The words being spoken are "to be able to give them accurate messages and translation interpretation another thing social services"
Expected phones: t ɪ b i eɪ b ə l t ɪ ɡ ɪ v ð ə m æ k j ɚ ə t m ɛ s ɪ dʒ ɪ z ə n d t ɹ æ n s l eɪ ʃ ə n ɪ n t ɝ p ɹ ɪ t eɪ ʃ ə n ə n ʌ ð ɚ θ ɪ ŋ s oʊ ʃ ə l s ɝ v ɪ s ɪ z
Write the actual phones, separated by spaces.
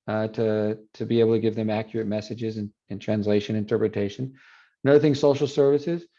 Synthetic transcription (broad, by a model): t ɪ b i eɪ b l t ɪ ɡ ɪ v ð ə m æ k j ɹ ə t m ɛ s ɪ dʒ ɪ z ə n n t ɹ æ n s l eɪ ʃ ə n ɪ n t ɝ p ɹ ɪ t eɪ ʃ ə n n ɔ ʊ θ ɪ ŋ s oʊ ʃ l s ɝ v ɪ s ɪ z